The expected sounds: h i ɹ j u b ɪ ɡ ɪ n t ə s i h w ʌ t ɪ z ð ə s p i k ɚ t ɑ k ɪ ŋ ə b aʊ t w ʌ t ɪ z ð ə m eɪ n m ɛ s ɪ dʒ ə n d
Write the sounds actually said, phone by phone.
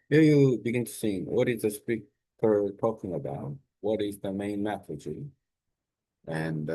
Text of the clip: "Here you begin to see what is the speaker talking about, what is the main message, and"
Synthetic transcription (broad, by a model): h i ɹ j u b ɪ ɡ ɪ n t ə s i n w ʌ t ɪ z ð ə s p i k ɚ t ɑ k ɪ ŋ ə b aʊ t w ʌ t ɪ z ð ə m eɪ n m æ θ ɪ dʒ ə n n